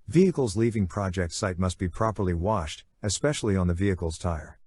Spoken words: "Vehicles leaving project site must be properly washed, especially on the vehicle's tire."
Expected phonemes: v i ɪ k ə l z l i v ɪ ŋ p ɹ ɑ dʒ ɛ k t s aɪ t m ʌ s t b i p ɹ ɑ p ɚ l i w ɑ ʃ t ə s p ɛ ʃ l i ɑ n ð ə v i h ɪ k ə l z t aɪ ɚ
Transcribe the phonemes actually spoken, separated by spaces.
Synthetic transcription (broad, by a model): v i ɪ k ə l z l i v ɪ ŋ p ɹ ɑ dʒ ɛ k t s aɪ t m ʌ s t b i p ɹ ɑ p ɚ l i w ɑ ʃ t ə s p ɛ ʃ l i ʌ n ð ə v i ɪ k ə l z t aɪ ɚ